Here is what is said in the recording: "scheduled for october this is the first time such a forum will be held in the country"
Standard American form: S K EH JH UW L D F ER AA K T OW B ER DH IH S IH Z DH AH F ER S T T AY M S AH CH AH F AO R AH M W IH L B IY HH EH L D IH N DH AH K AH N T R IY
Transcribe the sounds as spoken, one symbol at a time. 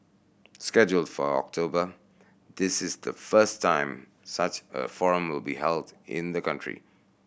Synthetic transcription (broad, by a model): S K EH JH UW L D F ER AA K T OW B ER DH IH S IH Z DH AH F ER S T T AY M S AH CH AH F AO R AH M W IH L B IY HH EH L D IH N DH AH K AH N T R IY